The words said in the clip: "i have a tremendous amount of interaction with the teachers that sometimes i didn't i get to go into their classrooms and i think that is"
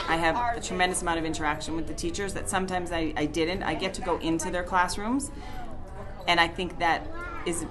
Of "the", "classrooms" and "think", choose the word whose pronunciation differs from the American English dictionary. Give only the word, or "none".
none